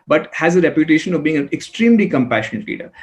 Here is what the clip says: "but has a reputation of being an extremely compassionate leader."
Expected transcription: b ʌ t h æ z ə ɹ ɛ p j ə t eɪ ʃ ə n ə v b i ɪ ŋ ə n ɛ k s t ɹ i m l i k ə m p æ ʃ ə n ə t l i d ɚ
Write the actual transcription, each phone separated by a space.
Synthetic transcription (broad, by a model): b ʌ t h æ z ə ɹ ɛ p j ə t eɪ ʃ ə n ə v b i ɪ ŋ ə n ɛ k s t ɹ i m l i k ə m p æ ʃ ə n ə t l i d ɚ